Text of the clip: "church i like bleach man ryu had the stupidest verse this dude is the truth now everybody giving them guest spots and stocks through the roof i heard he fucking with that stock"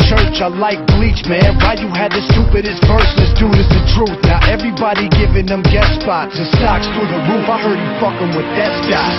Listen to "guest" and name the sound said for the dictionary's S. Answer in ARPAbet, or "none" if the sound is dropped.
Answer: none